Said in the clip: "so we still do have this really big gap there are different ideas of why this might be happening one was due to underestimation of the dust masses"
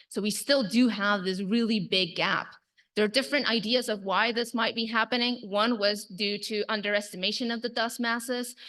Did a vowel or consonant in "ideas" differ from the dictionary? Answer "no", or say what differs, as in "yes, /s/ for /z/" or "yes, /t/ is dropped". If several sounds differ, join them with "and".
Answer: no